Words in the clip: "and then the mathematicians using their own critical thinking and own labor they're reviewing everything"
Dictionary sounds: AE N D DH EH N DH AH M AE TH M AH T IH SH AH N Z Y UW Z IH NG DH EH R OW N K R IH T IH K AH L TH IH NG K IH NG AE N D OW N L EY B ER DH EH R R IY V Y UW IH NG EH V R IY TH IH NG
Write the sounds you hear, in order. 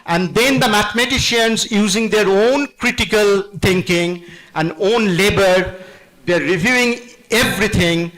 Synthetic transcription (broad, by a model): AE N D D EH N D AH M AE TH M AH T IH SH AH N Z Y UW Z IH NG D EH R OW N K R IH T IH K AH L T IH NG K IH NG AE N D OW N L EY B ER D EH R R IY V Y UW IH NG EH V R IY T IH NG